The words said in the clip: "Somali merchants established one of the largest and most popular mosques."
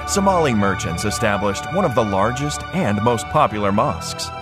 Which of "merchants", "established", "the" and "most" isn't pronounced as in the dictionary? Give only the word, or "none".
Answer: none